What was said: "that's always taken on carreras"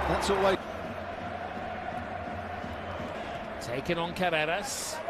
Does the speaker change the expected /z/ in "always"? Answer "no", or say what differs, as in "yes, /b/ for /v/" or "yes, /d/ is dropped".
yes, /z/ is dropped